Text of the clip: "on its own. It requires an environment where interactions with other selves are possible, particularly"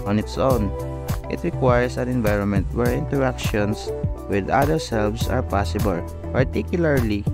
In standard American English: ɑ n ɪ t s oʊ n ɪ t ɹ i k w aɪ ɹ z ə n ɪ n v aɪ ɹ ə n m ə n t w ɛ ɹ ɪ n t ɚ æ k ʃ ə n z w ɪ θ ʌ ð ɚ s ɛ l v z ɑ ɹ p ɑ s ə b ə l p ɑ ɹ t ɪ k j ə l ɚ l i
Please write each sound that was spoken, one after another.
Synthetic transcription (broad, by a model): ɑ n ɪ t s oʊ n ɪ t ɹ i k w aɪ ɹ s ə n ɪ n v aɪ ɹ ə n m ə n t w ɛ ɹ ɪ n t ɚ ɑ k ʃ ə n s w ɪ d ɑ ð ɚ s ɛ l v s ɑ ɹ p ɑ s ə b ə l p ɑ ɹ t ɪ k j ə l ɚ l i